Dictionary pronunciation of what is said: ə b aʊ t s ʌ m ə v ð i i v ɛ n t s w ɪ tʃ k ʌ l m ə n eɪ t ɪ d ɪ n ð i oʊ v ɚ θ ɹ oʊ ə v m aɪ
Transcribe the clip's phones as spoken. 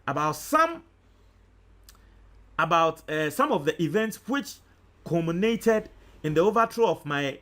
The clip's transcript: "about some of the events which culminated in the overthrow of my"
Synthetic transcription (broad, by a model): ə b aʊ t s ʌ m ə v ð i i v ɛ n t s w ɪ tʃ k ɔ m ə n eɪ t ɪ d ɪ n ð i oʊ v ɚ t ɹ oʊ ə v m aɪ